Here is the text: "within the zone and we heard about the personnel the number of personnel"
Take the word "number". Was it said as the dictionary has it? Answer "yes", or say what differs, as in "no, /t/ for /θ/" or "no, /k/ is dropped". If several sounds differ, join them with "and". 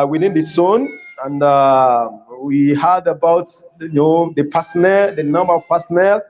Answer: yes